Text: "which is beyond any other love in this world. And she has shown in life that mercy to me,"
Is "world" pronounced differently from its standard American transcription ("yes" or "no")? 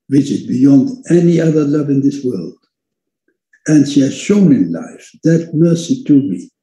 no